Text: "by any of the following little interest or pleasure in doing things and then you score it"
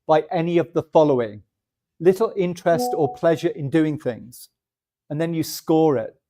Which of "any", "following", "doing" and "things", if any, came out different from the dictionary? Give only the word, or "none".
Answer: none